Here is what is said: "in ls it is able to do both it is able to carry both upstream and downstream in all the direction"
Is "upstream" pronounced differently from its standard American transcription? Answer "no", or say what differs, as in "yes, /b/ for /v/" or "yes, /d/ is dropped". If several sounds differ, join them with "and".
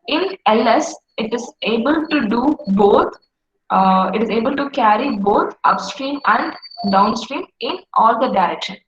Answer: no